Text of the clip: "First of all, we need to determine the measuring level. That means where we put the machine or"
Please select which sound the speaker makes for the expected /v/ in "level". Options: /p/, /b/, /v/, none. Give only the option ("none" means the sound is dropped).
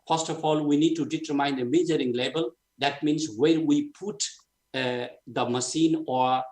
/b/